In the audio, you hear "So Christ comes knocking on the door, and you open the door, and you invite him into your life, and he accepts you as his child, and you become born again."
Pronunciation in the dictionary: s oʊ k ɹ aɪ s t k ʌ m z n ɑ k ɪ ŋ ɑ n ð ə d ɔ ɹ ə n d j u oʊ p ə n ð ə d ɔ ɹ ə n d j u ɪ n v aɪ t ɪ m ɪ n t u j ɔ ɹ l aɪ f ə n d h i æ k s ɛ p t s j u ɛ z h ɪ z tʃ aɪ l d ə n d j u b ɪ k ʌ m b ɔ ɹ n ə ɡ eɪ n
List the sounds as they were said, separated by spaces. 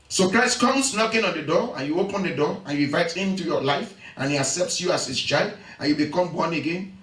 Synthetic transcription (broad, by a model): s oʊ k ɹ aɪ s t k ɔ m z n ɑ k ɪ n ɑ n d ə d ɔ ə n j u oʊ p ə n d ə d ɔ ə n j u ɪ v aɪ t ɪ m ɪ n t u j ɔ l aɪ f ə n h i æ k s ɛ p t s j u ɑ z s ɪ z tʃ aɪ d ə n j u b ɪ k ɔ m b ɔ n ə ɡ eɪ n